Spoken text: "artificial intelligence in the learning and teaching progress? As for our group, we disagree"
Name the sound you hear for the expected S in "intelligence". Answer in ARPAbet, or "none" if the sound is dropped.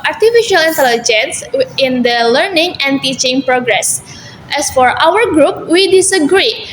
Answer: S